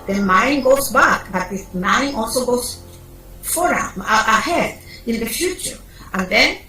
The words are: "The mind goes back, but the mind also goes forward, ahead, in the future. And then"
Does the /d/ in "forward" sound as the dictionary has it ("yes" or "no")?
no